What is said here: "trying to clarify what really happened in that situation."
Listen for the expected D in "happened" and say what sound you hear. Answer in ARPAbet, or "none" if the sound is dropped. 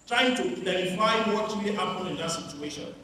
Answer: none